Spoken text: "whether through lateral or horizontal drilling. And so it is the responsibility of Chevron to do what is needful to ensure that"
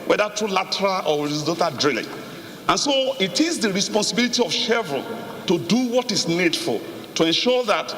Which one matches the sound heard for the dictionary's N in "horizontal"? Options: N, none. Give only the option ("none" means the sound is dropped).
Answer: none